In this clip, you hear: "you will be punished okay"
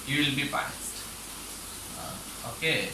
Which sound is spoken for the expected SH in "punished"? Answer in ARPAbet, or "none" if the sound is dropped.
S